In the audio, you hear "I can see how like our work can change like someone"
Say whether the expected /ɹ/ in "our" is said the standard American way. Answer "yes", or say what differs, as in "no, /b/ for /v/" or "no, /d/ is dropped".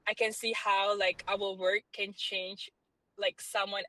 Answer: no, /l/ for /ɹ/